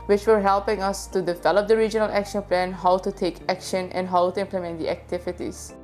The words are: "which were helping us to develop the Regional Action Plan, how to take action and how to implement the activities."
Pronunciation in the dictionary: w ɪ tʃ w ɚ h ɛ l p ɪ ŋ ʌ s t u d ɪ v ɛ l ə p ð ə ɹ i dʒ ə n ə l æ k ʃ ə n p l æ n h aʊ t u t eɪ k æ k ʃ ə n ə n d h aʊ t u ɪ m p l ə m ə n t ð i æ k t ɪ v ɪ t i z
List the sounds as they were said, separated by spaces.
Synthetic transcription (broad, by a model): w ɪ tʃ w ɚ h ɛ l p ɪ ŋ ʌ s t u d ɪ v ɛ l ə p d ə ɹ i dʒ ə n ə l æ k ʃ ə n p l æ n h aʊ t u t eɪ k æ k ʃ ə n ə n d h aʊ t u ɪ m p l ə m ə n t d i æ k t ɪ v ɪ t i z